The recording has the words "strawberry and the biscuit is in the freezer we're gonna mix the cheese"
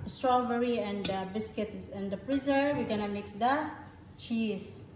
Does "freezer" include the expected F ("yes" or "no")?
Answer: no